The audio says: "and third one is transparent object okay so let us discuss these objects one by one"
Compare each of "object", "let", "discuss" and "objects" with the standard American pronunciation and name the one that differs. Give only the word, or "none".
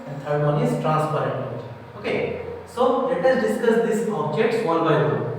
object